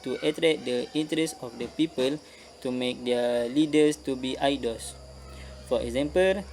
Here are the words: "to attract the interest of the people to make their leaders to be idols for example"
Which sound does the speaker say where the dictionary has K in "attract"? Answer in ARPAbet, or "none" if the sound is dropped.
none